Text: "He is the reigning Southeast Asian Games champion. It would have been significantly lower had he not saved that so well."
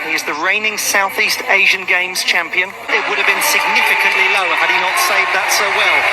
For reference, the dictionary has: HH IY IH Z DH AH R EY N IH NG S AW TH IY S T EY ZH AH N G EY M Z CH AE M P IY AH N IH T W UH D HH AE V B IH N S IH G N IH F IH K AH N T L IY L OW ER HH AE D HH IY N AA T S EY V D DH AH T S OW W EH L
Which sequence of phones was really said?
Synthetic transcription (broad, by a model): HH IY IH Z DH AH R EY N IH NG S AW TH IY S T EY ZH AH N G EY M Z CH AE M P IY AH N IH T W UH D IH V B IH N S IH G N IH F IH K AH N T L IY L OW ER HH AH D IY N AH T S EY V DH AH T S OW W EH L